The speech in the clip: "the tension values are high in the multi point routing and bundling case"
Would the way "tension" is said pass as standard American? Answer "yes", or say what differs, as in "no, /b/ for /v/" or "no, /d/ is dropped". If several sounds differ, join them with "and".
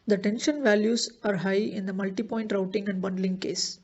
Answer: yes